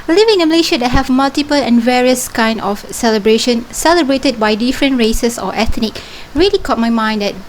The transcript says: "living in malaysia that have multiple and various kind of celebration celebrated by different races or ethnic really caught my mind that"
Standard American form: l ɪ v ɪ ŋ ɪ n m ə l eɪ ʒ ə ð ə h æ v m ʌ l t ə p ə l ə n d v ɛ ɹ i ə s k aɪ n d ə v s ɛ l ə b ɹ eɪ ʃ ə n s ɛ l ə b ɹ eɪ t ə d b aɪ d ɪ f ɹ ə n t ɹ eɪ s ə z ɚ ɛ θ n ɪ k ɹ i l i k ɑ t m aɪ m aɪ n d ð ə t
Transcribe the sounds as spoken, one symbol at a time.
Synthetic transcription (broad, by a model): l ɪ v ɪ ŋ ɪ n m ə l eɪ ʃ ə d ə h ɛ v m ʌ l t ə p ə l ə n v ɛ ɹ i ə s k aɪ n d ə f s ɛ l ə b ɹ eɪ ʃ ə n s ɛ l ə b ɹ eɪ t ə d b aɪ d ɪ f ɹ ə n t ɹ eɪ s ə s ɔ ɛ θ n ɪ k ɹ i l i k ɑ t m aɪ m aɪ n d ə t